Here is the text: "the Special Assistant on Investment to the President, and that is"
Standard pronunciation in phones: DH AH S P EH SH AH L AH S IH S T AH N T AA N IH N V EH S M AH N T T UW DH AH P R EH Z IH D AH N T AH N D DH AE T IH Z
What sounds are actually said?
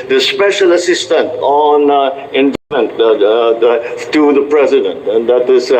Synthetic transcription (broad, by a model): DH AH S P EH SH AH L AH S IH S T AH N T AA N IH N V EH M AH N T T UW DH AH P R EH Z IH D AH N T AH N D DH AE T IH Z